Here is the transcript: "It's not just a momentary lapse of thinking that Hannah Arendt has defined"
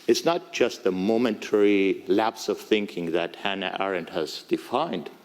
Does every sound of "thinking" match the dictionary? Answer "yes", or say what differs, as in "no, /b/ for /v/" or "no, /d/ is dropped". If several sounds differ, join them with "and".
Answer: yes